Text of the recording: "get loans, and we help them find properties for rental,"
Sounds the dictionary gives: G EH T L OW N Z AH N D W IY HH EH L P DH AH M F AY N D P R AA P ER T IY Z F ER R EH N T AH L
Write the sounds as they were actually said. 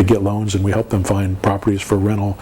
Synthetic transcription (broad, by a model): G EH T L OW N Z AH N W IY HH EH L P DH AH M F AY N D P R AA P ER T IY Z F ER R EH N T L